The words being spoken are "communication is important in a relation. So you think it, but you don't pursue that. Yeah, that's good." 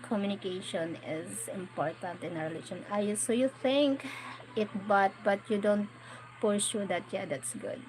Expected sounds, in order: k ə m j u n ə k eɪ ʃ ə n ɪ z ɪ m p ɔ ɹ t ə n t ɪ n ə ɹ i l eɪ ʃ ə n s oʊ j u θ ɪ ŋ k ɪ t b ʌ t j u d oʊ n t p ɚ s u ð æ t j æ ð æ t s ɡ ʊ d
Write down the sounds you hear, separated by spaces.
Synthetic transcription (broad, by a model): k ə m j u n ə k eɪ ʃ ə n ɪ z ɪ m p ɔ ɹ t ə n t ɪ n ə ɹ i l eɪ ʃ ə n s oʊ j u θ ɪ ŋ k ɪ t b ʌ t j u d oʊ n t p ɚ ʃ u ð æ t j æ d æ t s ɡ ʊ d